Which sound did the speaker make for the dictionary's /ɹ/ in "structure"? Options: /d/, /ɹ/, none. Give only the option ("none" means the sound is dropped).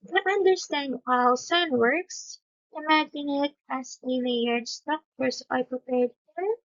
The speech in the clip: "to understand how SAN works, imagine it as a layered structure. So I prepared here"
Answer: none